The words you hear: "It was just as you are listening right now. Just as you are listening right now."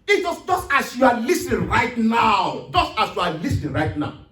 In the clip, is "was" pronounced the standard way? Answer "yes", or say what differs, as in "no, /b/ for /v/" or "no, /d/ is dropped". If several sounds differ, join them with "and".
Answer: no, /s/ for /z/